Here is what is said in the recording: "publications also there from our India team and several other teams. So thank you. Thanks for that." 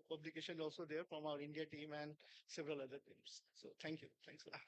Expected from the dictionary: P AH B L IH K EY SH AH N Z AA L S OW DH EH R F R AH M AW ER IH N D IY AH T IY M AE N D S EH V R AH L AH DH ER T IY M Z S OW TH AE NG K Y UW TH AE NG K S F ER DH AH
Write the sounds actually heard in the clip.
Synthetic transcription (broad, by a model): P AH B L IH K EY SH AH N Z AA L S OW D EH R F R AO M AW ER IH N D IY AH T IY M AE N D S EH V R AH L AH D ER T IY M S S OW T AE NG K Y UW T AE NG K S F